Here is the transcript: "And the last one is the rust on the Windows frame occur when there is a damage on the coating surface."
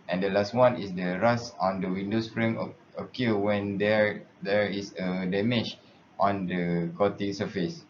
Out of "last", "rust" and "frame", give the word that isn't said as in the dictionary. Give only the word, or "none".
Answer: rust